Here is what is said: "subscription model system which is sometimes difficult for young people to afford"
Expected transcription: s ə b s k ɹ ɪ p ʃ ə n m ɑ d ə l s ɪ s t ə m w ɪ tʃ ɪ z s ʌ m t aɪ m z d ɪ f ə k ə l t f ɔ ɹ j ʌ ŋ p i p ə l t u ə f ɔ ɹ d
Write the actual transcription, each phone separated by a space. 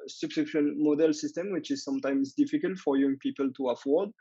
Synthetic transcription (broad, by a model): s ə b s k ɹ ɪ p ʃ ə n m ɑ d ə l s ɪ s t ə m w ɪ tʃ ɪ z s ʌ m t aɪ m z d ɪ f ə k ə l t f ɔ ɹ j ʌ ŋ p i p ə l t u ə f ɔ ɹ d